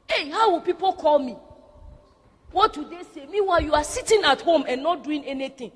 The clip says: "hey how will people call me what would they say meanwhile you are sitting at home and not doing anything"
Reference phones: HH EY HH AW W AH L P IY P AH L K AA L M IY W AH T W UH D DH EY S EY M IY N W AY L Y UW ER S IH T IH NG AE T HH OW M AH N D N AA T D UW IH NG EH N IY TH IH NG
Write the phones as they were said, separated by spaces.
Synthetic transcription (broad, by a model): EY HH AW W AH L P IY P AH L K AA L M IY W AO T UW D EY S EY M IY W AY Y UW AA S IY T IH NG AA T HH OW M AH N N AA T D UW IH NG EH N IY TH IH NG